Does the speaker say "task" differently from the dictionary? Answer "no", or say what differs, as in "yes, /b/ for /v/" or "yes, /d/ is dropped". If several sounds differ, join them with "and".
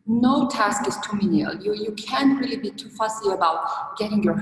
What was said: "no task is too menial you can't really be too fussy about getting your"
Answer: no